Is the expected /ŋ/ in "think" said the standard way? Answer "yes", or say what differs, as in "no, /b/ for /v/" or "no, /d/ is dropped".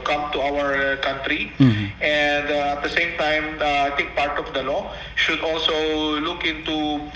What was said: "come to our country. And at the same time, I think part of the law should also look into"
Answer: no, /ŋ/ is dropped